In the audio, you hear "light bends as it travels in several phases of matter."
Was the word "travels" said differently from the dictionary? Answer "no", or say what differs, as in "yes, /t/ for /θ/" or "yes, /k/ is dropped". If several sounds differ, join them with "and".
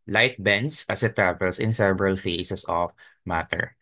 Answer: yes, /s/ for /z/